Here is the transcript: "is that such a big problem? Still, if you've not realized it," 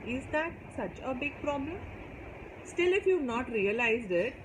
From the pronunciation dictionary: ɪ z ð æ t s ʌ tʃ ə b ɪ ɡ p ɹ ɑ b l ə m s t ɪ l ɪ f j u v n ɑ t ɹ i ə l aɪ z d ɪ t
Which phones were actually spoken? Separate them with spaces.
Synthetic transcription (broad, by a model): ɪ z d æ t s ʌ tʃ ə b ɪ ɡ p ɹ ɑ b l ə m s t ɪ l ɪ f j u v n ɑ t ɹ i ə l aɪ z d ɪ t